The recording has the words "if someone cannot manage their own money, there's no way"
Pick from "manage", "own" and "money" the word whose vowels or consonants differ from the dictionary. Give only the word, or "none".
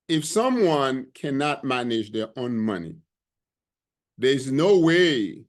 none